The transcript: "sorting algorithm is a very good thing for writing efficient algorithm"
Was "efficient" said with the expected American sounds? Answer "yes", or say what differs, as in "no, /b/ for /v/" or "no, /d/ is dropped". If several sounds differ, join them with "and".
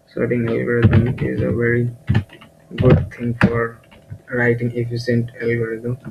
no, /s/ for /ʃ/